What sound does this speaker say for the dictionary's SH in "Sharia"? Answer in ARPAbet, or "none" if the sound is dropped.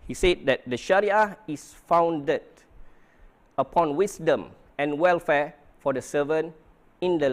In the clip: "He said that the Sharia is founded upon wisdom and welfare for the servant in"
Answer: SH